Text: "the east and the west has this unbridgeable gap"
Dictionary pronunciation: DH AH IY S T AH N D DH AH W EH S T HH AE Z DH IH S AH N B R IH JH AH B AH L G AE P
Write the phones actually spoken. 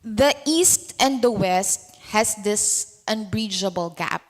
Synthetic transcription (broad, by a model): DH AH IY S T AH N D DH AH W EH S T HH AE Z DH IH S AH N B R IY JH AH B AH L G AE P